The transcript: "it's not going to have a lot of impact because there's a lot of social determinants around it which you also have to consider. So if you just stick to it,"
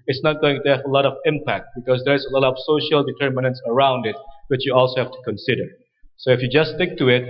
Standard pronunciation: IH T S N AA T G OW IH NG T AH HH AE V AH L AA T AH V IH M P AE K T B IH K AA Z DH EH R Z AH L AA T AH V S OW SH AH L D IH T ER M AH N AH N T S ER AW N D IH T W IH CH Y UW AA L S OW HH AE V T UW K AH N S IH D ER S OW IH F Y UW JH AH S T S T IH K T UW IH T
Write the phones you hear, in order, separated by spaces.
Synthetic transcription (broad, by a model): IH T S N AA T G OW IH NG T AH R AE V AH L AA T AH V IH M P AE K T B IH K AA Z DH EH R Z AH L AA T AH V S OW SH AH L D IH T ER M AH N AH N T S ER AW N D IH T W IH CH Y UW AA L S OW HH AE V T UW K AH N S IH D ER S OW IH F Y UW JH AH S S T IH K T UW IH T